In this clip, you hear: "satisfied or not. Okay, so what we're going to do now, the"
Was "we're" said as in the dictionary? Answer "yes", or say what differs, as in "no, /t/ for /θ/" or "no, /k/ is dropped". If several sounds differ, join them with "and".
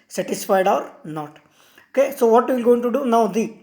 no, /l/ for /ɹ/